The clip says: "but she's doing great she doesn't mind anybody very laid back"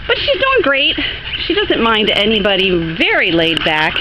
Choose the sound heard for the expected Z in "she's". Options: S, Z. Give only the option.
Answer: Z